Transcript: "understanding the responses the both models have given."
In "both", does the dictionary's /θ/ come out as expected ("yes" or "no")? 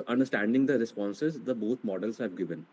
no